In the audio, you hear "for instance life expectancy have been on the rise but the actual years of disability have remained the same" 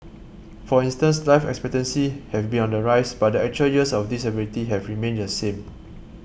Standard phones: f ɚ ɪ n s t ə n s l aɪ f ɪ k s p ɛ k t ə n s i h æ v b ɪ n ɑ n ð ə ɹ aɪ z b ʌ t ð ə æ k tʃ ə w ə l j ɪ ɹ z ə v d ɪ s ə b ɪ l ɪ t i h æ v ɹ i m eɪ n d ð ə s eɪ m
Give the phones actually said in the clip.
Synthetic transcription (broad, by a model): f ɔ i n s t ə n s l aɪ f ɪ k s p ɛ k t ə n s i h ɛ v b ɪ n ɑ n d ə ɹ aɪ s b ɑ t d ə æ k tʃ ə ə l j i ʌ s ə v d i s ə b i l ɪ t i h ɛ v ɹ i m eɪ n d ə s eɪ m